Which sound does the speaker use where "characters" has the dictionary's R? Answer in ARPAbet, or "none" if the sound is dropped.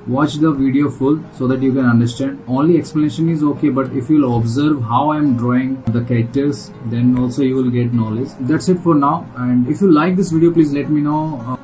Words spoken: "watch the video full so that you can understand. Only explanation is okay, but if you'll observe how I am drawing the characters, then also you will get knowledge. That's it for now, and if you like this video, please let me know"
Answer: none